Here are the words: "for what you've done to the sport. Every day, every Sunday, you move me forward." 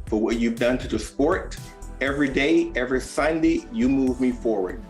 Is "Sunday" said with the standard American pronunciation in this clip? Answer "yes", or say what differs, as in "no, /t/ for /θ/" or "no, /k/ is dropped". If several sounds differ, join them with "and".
yes